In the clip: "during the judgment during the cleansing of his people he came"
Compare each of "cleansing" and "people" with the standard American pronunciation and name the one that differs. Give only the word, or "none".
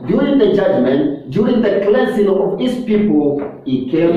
cleansing